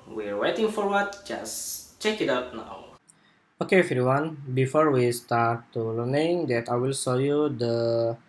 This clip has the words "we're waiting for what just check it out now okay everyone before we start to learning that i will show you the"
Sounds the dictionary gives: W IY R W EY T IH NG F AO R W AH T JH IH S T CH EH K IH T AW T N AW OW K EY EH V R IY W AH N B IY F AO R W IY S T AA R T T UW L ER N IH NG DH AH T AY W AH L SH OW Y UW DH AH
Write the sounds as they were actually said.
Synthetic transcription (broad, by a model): W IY R W EY T IH NG F AO R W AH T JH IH S CH EH K IH T AW T N AW OW K EY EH F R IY W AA N B IY F AO R W IY S T AA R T T UW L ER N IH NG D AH T AY W AH L S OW Y UW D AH